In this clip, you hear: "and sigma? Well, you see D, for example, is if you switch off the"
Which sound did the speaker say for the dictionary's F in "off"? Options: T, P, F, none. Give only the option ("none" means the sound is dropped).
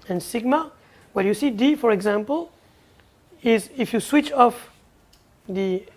F